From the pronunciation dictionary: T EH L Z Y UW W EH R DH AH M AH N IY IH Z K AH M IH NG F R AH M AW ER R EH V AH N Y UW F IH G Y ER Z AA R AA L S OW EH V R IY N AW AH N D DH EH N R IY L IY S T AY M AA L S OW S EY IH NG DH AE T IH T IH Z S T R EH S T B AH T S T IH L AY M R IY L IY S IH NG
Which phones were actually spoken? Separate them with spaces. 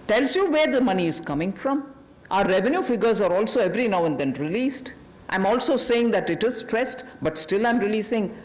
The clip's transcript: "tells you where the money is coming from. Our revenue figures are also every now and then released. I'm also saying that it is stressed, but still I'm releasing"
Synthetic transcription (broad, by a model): T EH L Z Y UW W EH R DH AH M AH N IY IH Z K AH M IH NG F R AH M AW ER R EH V AH N Y UW F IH G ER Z AA R AA L S OW EH V R IY N AW AH N D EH N R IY L IY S T AY M AA L S OW S EY IH NG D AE T IH T IH Z S T R EH S T B AH T S T IH L AY M R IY L IY S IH NG